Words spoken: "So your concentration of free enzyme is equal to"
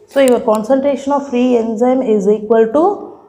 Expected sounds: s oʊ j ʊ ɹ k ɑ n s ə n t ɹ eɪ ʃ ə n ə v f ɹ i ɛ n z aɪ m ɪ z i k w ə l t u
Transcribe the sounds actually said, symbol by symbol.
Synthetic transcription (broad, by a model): s oʊ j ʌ ɹ k ɑ n s ə n t ɹ eɪ ʃ ə n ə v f ɹ i ɛ n z aɪ m ɪ z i k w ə l t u